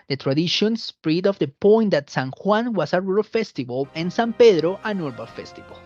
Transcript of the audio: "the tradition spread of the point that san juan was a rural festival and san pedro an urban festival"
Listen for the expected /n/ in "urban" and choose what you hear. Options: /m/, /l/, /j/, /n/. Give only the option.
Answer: /l/